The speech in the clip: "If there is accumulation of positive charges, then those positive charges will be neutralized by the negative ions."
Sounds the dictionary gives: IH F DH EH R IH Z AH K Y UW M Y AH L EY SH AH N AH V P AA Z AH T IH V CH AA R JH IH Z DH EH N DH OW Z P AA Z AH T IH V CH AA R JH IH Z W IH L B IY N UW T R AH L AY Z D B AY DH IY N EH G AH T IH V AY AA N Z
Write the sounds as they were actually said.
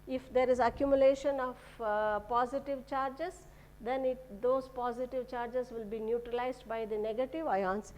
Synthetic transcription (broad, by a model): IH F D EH R IH Z AH K Y UW M Y AH L EY SH AH N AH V P AA Z AH T IH V CH AA R JH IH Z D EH N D OW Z P AA Z AH T IH V CH AA R JH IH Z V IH L B IY N UW T R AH L AY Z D B AY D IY N EH G AH T IH V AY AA N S